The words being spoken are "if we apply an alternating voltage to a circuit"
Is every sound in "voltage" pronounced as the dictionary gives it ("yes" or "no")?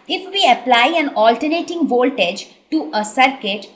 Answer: yes